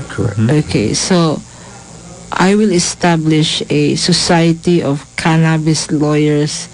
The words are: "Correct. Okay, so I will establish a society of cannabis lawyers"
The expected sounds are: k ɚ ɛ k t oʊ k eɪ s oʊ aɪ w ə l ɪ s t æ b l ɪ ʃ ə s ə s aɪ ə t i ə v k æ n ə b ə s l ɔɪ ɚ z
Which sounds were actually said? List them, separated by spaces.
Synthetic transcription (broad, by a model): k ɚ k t oʊ k eɪ s oʊ aɪ w ə l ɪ s t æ b l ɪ ʃ ə s ə s aɪ ə t i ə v k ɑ n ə b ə s l ɔɪ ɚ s